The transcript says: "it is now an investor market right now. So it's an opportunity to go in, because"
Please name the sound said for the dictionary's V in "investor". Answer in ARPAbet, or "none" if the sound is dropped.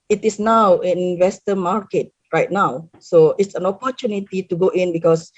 W